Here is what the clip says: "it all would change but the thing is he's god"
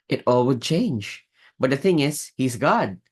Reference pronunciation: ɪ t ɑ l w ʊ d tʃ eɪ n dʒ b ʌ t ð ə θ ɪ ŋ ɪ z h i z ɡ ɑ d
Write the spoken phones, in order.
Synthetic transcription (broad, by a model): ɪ t ɑ l w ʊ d tʃ eɪ n dʒ b ʌ t ð ə θ ɪ ŋ ɪ z h i z ɡ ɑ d